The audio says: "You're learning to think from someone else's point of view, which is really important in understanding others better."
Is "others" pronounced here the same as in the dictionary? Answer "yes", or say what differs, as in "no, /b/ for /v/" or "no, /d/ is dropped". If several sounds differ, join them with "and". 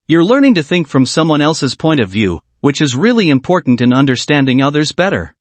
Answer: yes